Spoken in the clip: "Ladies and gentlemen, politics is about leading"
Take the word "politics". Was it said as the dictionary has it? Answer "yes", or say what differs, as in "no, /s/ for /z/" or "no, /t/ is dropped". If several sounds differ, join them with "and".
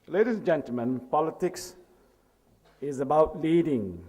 yes